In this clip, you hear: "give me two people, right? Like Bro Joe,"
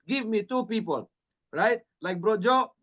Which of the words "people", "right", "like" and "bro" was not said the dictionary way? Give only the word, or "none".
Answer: none